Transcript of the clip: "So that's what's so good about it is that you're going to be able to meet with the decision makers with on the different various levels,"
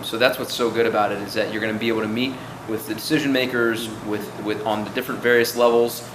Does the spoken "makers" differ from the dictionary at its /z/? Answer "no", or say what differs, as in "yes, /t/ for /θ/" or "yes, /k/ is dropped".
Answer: no